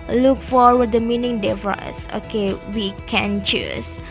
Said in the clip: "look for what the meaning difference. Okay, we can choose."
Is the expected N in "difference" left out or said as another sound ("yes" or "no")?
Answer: yes